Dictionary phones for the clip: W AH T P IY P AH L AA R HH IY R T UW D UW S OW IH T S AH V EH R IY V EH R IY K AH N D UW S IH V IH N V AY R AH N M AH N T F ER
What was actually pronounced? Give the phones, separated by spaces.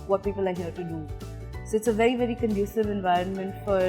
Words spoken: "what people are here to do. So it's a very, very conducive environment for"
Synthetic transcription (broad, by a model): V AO T P IY P AH L AA R HH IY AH T UW D UW S OW IH T S AH V EH R IY V EH R IY K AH N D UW S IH V IH N V AY R AH N M AH N T F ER